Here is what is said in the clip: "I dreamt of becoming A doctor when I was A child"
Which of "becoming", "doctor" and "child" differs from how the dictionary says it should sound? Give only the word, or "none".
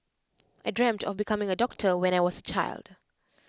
none